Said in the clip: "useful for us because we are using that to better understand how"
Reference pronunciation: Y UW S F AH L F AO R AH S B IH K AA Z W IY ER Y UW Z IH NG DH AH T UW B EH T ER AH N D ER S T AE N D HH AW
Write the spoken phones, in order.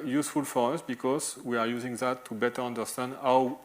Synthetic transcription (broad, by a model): Y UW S F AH L F AO R AH S B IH K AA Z W IY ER Y UW Z IH NG DH AH T UW B EH T ER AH N D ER S T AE N D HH AW